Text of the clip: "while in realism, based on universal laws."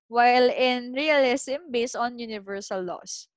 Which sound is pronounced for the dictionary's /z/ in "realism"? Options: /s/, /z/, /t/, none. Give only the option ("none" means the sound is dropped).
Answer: /s/